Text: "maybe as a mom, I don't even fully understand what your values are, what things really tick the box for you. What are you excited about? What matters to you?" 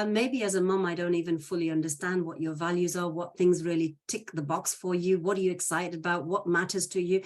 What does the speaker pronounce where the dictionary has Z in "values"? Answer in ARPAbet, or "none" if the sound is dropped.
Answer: Z